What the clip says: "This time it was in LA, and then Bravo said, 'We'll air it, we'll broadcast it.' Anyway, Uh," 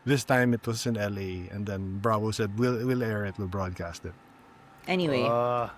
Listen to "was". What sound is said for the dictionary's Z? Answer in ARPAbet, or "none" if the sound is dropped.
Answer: S